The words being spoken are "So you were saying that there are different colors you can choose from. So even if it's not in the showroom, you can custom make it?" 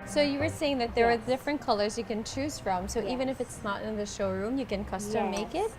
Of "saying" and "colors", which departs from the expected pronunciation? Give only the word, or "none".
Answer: none